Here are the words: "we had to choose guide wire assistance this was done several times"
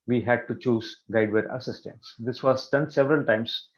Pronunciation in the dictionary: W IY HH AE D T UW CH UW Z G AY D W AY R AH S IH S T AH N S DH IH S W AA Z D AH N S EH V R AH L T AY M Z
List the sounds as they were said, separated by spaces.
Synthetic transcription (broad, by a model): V IY HH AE D T UW CH UW Z G AY D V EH R AH S IH S T AH N S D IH S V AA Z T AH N S EH V R AH L T AY M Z